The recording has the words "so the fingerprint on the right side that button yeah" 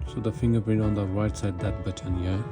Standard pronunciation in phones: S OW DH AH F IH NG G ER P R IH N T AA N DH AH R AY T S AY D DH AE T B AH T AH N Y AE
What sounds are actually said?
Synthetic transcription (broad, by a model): S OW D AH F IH NG G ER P IH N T AA N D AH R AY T S AY D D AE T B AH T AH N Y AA